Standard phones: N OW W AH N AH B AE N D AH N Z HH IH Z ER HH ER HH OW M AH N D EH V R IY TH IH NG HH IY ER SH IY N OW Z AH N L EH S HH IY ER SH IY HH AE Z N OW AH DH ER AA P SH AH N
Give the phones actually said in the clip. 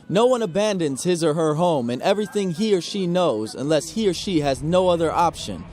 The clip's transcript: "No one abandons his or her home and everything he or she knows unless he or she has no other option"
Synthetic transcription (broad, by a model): N OW W AH N AH B AE N D AH N Z HH IH Z ER HH ER HH OW M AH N EH V R IY TH IH NG HH IY ER SH IY N OW Z AH N L EH S HH IY ER SH IY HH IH Z N OW AH DH ER AA P SH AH N